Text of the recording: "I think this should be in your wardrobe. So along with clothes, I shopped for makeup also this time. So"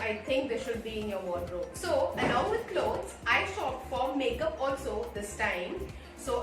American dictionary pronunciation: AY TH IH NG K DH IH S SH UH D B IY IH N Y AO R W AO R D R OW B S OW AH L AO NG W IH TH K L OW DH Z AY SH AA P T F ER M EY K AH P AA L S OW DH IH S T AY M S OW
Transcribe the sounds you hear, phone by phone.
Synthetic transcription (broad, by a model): AY T IH NG K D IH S SH UH D B IY IH N Y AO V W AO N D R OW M S OW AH N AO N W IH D K L OW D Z AY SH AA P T F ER M EY K AH P AA L S OW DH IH S T AY M S OW